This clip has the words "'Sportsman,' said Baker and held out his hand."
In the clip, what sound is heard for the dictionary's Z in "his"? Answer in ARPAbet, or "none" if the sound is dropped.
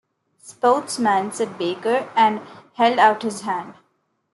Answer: Z